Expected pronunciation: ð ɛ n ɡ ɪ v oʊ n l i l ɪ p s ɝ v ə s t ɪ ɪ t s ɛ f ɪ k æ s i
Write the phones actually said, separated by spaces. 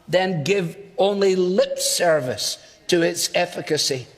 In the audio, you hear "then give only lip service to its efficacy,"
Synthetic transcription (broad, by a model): ð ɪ n ɡ ɪ v oʊ n l i l ɪ p s ɝ v ə s t ɪ ɪ t s ɛ f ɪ k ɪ s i